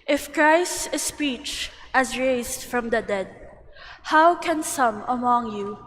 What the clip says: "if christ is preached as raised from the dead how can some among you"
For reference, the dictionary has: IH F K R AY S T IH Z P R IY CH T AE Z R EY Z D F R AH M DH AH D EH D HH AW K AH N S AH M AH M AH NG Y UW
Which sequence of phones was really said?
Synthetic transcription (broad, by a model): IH F K R AY S T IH S P IY CH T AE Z R EY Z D F R AH M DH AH D EH D HH AW K AH N S AH M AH M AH NG Y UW